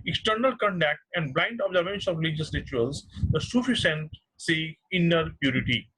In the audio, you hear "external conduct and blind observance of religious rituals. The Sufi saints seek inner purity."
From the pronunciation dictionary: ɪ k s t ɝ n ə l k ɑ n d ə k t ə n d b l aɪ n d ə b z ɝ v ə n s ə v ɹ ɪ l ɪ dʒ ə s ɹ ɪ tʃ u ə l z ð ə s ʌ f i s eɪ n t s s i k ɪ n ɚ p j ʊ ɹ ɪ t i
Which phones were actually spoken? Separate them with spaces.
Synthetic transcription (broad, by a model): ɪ k s t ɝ n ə l k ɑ n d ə k t ə n d b l aɪ n d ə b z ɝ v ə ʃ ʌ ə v ɹ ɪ l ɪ dʒ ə s ɹ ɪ tʃ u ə l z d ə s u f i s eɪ n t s s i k ɪ n ɚ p j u ɹ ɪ t i